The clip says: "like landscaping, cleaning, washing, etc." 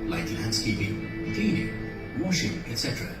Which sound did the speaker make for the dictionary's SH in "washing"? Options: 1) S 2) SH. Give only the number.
2